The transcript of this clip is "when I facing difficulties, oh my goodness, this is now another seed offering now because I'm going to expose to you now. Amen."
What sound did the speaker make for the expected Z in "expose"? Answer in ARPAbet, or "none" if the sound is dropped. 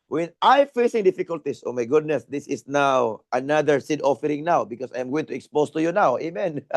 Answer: S